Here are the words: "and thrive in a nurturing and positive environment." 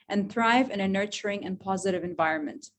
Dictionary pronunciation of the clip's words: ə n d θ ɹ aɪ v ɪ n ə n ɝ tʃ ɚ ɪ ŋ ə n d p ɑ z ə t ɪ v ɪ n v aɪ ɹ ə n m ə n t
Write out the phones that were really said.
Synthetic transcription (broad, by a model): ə n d θ ɹ aɪ v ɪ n ə n ɝ tʃ ɚ ɪ ŋ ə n p ɑ z ə t ɪ v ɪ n v aɪ ɹ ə n m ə n t